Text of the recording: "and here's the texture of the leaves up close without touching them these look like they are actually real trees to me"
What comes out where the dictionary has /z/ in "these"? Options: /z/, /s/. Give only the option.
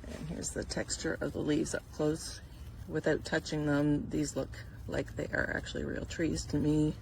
/z/